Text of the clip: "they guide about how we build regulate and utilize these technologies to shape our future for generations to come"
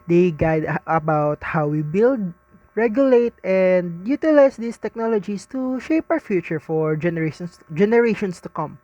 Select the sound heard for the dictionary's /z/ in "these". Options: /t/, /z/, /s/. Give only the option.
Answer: /s/